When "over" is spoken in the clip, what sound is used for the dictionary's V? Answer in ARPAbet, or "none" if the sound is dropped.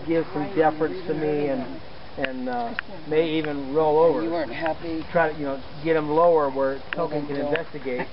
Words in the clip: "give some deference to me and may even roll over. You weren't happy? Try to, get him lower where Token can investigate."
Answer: V